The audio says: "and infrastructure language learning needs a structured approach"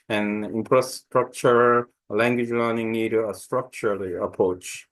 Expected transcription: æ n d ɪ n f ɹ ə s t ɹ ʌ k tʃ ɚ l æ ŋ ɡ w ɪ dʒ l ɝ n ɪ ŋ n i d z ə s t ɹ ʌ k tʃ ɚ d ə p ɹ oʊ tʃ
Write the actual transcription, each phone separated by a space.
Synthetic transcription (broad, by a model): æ n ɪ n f ɹ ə s t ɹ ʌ k tʃ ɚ l æ ŋ ɡ w ɪ dʒ l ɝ n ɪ ŋ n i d ə s t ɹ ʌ k tʃ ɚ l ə p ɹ oʊ tʃ